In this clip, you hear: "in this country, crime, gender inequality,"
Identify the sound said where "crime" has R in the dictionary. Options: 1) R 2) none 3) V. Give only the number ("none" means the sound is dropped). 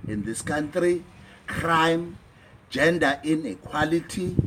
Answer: 1